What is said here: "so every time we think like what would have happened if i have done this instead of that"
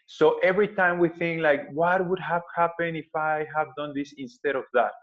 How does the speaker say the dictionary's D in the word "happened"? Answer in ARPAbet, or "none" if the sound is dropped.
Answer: none